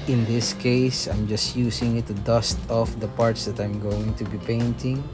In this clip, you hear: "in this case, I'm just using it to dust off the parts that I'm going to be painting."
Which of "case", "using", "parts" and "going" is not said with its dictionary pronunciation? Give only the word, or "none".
using